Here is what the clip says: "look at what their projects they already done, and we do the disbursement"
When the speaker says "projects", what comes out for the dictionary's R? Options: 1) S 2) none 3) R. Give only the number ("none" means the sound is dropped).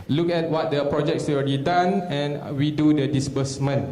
3